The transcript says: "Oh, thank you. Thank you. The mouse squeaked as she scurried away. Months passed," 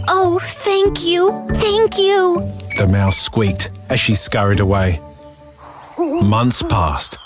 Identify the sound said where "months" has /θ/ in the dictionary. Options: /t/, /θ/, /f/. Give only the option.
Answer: /θ/